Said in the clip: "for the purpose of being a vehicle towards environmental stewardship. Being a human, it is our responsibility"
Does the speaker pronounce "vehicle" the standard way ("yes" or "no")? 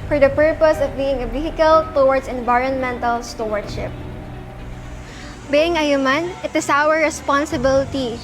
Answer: no